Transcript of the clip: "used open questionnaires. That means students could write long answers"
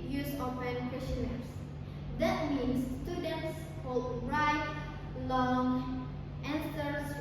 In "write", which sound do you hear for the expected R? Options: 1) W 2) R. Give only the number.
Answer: 2